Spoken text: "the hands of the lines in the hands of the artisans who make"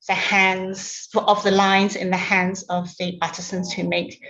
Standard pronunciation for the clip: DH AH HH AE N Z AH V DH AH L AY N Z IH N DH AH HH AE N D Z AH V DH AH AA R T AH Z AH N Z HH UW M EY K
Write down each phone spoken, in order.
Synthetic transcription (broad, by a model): DH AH HH AE N Z AH V DH AH L AY N Z IH N DH AH HH AE N D Z AH V DH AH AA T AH S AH N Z HH UW M EY K